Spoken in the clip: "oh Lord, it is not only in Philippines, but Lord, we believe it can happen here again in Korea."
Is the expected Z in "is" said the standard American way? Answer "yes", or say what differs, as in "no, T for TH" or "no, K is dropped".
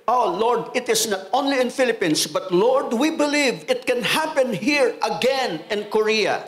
no, S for Z